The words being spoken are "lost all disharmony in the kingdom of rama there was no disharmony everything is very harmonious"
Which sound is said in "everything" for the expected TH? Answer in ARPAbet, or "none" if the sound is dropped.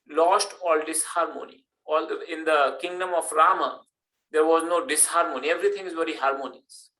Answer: T